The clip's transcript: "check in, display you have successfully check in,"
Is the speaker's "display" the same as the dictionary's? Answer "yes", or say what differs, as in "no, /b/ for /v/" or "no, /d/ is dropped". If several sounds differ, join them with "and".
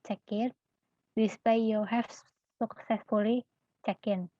no, /l/ is dropped